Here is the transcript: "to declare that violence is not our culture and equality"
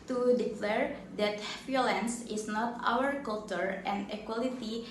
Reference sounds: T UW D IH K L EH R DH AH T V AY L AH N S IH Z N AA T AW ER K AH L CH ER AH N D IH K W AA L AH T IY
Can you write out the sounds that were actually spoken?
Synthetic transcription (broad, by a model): T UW D IH K L EH R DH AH T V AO L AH N S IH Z N AA T AW ER K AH L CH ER AH N D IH K W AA L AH T IY